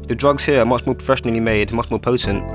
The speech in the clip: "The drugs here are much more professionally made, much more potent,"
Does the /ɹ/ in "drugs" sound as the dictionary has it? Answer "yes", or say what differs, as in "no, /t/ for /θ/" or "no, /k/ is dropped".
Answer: yes